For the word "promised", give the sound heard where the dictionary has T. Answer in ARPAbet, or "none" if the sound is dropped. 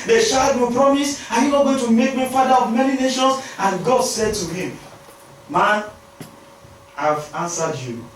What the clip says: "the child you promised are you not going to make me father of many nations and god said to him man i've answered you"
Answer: none